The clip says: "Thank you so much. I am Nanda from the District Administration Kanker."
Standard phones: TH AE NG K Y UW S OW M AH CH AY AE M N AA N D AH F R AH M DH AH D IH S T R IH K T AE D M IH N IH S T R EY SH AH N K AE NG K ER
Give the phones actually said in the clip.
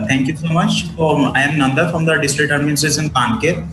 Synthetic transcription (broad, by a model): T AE NG K Y UW S OW M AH CH AY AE M N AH N D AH F R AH M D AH D IH S T R IH K T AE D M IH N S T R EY S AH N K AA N K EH